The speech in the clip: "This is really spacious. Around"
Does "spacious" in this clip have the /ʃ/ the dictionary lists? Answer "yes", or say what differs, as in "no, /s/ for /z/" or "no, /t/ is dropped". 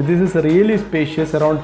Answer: yes